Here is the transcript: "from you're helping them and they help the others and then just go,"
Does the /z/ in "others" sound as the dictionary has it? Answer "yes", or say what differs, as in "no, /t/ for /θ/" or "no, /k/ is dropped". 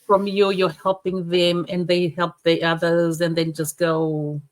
yes